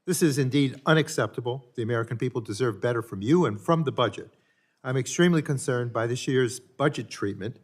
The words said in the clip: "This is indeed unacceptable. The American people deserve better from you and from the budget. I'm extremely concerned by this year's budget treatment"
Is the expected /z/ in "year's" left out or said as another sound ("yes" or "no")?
no